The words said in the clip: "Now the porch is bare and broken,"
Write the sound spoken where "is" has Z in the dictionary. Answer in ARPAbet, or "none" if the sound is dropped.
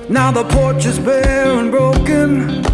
Z